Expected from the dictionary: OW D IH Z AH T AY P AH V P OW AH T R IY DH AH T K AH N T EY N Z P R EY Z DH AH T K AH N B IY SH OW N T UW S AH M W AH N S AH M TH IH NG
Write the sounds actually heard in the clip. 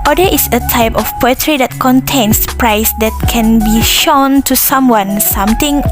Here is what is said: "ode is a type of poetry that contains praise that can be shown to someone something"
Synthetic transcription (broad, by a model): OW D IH S AH T AY P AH F P OW AH T R IY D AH T K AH N T EY N S P R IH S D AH T K AH N B IY SH OW N T UW S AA M W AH N S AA M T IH NG